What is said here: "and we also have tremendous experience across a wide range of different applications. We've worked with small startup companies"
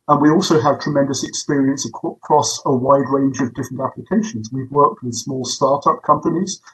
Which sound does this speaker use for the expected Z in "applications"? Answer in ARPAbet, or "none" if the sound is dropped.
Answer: Z